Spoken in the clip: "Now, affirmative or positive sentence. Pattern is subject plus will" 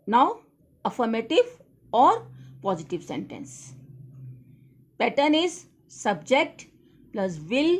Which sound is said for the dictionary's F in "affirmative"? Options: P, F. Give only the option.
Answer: F